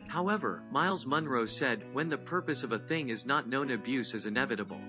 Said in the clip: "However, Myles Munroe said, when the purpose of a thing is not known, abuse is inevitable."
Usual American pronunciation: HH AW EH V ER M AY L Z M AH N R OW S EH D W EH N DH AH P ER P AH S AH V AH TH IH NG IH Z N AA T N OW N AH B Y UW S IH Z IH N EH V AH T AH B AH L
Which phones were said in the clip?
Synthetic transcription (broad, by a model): HH AW EH V ER M AY L Z M AH N R OW S EH D W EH N DH AH P ER P AH S AH V AH TH IH NG IH Z N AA T N OW N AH B Y UW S IH Z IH N EH V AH T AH B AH L